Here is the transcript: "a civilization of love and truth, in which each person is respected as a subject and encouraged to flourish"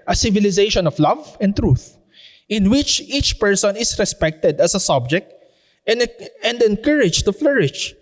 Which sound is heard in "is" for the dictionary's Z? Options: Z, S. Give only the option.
S